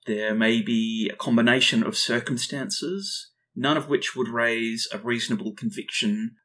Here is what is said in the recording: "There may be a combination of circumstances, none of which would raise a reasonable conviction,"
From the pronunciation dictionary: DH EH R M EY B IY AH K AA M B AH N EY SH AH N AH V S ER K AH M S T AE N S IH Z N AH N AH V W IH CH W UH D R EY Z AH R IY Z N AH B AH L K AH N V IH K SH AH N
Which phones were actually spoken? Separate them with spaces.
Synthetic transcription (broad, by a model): DH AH R M EY B IY AH K AA M B AH N EY SH AH N AH V S ER K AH M S T AE N S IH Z N AH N AH V W IH CH W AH D R EY Z AH R IY Z N AH B AH L K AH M V IH K SH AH N